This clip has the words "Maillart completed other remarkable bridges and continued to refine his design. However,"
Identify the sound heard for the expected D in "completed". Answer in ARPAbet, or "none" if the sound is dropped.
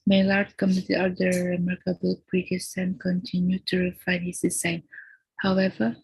none